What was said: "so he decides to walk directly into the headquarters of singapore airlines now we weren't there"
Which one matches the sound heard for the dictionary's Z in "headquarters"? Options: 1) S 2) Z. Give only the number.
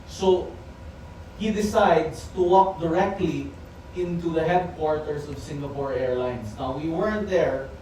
1